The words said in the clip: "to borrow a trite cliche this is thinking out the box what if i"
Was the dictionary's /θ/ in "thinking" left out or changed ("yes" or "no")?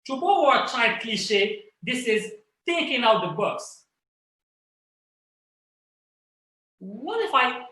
yes